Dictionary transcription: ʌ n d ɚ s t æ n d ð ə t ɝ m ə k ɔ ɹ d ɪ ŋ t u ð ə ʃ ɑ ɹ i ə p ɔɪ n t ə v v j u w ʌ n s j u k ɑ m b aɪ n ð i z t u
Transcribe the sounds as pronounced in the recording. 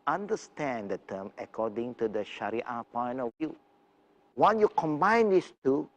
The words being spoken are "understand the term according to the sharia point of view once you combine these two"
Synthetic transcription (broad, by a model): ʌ n d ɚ s t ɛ n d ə t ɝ m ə k ɔ d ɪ ŋ t u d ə ʃ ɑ ɹ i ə p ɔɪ n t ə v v j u w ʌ n j u k ɑ m b aɪ n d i s t u